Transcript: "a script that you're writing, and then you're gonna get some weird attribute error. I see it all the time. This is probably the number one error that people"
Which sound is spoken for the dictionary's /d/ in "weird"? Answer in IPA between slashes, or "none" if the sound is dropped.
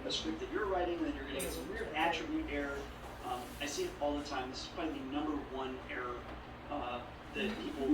none